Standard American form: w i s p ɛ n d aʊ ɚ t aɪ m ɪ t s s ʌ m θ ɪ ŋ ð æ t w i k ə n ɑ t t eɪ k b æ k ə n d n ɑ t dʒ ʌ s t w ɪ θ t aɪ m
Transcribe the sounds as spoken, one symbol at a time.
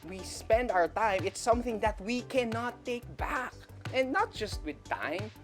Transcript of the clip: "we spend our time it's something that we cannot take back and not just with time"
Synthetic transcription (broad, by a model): w i s p ɛ n d aʊ ɚ t aɪ m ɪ t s s ʌ m θ ɪ ŋ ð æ t w i k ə n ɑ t t eɪ k b æ k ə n n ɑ t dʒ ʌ s t w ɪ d t aɪ m